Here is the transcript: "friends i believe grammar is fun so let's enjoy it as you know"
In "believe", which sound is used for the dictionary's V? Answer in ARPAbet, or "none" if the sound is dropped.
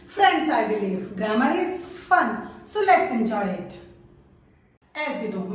F